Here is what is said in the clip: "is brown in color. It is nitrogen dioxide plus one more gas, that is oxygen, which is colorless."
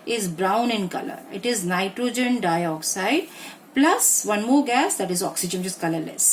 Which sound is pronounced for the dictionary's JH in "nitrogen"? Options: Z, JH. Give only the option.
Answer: JH